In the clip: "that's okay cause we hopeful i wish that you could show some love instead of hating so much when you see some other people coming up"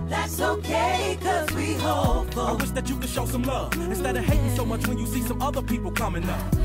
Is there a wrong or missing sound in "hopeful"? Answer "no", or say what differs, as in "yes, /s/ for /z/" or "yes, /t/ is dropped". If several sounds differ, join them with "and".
yes, /p/ is dropped